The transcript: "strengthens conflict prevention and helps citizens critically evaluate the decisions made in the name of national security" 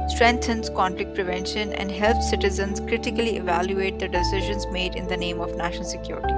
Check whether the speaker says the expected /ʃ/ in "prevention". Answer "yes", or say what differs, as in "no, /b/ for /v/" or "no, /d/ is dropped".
yes